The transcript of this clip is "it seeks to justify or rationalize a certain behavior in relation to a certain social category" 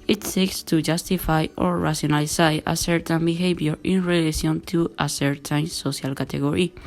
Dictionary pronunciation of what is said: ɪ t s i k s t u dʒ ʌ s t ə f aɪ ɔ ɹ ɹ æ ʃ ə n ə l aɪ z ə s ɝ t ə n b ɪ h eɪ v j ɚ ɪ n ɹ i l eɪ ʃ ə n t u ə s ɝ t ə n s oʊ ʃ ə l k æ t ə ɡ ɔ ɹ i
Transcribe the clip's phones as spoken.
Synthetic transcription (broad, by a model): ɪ t s i k s t u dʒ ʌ s t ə f aɪ ɔ ɹ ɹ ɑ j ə n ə l aɪ ə s ɝ t ə n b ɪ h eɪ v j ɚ ɪ n ɹ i l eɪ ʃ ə n t u ə s ɝ t ə n s oʊ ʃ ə l k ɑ t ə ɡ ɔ ɹ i